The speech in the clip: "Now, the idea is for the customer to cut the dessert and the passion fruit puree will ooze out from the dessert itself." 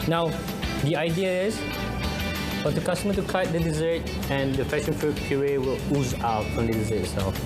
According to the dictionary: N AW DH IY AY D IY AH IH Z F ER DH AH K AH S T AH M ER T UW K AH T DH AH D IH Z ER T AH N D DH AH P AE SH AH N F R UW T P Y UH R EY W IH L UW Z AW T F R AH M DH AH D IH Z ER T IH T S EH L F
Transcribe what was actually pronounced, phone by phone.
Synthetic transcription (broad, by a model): N AW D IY AY D IY AH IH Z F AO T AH K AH S T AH M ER T UW K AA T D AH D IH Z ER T AH N D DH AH F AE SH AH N F R UW T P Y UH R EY W IH L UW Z AW T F R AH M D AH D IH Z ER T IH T S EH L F